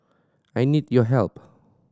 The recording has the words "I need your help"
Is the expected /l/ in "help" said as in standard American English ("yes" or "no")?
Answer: yes